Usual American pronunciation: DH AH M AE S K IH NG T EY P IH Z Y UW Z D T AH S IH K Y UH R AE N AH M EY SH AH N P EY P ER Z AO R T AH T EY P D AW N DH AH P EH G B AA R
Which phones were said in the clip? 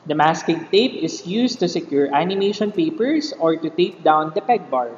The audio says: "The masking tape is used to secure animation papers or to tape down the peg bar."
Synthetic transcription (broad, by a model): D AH M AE S K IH NG T EY P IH S Y UW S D T AH S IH K Y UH R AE N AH M EY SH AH N P EY P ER S AO R T AH T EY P D AW N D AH P EH G B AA R